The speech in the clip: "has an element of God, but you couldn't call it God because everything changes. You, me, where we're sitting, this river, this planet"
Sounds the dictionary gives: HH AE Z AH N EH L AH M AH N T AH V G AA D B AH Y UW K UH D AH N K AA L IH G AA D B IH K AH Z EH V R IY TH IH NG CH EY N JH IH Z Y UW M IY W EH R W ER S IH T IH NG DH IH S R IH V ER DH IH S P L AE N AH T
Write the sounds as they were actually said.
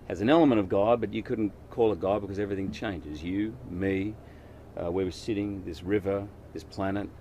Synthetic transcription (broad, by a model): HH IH Z AH N EH L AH M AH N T AH V G AA D B AH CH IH K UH D N K AA L IH G AA D B IH K AH Z EH V R IY TH IH NG CH EY N JH IH Z Y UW M IY W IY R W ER S IH T IH NG DH IH S R IH V ER DH IH S P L AE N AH T